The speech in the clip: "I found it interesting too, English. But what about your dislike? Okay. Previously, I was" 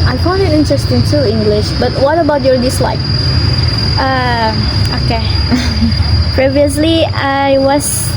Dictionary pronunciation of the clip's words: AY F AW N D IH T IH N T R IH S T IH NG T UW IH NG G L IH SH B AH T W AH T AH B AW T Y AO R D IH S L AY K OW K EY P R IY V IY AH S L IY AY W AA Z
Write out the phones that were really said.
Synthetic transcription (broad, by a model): AY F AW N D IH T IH N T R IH S T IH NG T UW IH NG G L IH SH B AH T W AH T AH B AW T Y AO R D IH S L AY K OW K EY P R IY V IY AH S L IY AY W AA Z